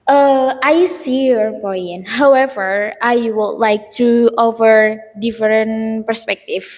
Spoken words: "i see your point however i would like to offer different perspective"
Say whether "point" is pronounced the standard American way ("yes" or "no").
no